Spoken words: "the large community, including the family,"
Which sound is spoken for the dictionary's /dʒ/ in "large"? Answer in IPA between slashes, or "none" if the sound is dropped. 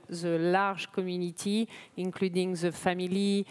/ʒ/